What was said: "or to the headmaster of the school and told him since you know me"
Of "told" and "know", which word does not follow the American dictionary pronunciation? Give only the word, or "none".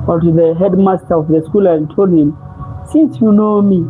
none